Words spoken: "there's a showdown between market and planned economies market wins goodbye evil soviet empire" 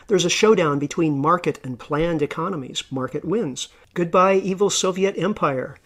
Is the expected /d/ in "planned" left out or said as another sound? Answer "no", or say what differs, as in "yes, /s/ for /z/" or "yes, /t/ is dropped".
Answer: no